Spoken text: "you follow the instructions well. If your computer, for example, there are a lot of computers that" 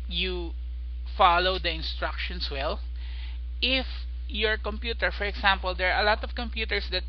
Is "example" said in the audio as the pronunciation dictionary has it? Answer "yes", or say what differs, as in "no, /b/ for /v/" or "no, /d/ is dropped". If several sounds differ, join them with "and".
no, /s/ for /z/